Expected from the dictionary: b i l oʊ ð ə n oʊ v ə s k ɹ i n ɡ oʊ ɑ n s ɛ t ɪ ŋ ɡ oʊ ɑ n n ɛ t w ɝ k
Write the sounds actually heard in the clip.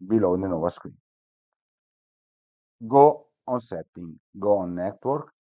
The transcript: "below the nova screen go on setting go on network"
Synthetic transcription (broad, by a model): b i l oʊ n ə n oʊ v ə s k w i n ɡ oʊ ɑ n s ɛ t ɪ ŋ ɡ oʊ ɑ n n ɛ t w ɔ k